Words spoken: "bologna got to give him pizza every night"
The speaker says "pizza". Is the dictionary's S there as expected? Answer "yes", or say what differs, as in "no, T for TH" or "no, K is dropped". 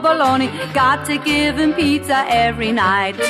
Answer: no, S is dropped